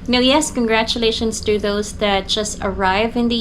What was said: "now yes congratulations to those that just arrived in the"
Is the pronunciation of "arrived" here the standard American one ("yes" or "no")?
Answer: no